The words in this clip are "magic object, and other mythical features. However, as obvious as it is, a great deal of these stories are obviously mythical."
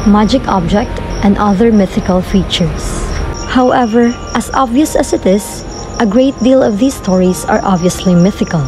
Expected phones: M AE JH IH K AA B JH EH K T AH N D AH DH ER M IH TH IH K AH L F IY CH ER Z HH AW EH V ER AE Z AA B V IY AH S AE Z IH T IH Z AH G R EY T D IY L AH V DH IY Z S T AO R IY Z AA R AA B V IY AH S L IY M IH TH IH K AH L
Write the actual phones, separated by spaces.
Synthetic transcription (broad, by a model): M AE JH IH K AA B JH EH K T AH N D AH DH ER M IH TH IH K AH L F IY CH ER S HH AW EH V ER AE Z AA B V IY AH S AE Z IH T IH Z AH G R EY T D IY L AH V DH IY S T AO R IY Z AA R AA B V IY AH S L IY M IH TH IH K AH L